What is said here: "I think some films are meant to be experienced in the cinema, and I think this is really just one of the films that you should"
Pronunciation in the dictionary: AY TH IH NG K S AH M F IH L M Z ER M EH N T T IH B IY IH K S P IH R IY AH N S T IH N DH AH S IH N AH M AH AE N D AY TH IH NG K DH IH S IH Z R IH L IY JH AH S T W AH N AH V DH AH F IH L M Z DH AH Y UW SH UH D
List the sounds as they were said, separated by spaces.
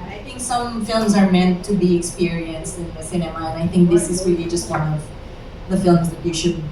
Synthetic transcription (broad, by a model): AY TH IH NG K S AH M F IH L M Z ER M EH N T T IH B IY IH K S P IH R IY AH N S T IH N DH AH S IH N AH M AH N AY TH IH NG K DH IH S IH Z R IH L IY JH AH S T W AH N AH V DH AH F IH L M Z DH AH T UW SH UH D